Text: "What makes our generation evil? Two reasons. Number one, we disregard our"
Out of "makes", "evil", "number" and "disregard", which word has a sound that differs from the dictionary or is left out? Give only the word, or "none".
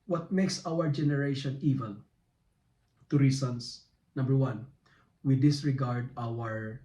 evil